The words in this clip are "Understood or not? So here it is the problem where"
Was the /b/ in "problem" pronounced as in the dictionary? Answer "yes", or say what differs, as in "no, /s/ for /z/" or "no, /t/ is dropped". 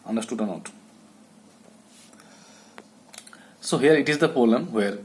no, /b/ is dropped